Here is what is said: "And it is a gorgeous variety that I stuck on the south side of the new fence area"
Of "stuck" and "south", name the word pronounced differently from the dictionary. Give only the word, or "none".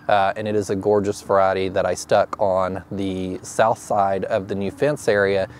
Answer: none